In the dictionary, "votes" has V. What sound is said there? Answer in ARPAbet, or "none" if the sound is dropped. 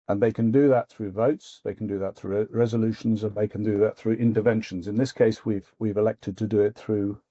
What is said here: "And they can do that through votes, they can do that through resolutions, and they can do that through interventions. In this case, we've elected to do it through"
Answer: V